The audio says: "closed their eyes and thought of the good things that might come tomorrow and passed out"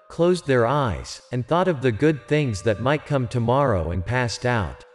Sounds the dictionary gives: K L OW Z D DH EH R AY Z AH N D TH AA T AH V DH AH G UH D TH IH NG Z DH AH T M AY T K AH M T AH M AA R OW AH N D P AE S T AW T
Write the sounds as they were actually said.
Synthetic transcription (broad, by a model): K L OW Z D DH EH R AY Z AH N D TH AA T AH V DH AH G UH D TH IH NG Z DH AH T M AY T K AH M T AH M AA R OW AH N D P AE S T AW T